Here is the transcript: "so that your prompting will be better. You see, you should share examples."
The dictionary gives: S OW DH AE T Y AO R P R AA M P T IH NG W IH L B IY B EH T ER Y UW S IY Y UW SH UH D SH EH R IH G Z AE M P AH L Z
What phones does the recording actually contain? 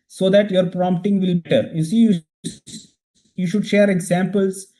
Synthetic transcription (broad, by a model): S OW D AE T Y AO R P R AA M P T IH NG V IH L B B EH T ER Y UW S IY Y UW SH UH D SH EH R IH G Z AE M P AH L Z